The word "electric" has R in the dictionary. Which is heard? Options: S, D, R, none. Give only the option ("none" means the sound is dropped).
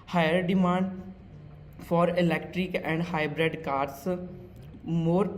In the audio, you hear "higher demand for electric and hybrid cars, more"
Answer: R